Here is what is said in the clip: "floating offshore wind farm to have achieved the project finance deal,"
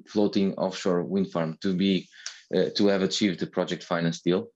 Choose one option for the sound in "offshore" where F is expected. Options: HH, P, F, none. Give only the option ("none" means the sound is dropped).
F